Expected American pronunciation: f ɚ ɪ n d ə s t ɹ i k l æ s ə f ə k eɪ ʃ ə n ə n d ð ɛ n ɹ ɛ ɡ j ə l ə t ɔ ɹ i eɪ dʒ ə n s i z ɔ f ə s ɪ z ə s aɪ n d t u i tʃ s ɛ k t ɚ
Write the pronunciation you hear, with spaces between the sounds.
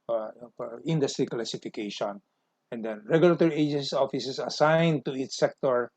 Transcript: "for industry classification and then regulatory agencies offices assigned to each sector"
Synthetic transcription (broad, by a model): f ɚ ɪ n d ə s t ɹ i k l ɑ s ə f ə k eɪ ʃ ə n ə n d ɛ n ɹ ɛ ɡ j ə l ə t ɔ ɹ i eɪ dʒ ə n s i ɔ f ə s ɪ s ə s aɪ n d t u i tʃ s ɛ k t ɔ